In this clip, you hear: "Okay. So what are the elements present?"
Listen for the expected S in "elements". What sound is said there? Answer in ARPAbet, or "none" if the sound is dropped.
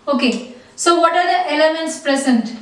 S